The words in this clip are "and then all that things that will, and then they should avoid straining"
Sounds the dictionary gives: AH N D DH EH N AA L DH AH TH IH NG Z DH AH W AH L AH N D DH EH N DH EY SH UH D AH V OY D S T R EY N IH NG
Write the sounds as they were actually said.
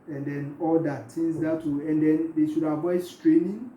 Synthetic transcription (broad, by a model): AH N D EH N AA L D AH T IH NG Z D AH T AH AH N D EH N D EY SH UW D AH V OY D S T R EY N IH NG